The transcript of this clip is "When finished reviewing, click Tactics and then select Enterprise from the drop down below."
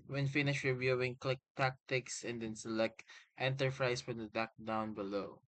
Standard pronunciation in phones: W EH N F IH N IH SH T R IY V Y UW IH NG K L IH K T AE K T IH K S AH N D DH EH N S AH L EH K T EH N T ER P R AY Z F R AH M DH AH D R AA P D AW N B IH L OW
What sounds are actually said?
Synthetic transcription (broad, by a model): W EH N F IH N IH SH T R IY V Y UW IH NG K L IH K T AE K T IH K S AH N D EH N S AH L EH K T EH N T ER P R AY S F R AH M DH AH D AA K D AW N B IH L OW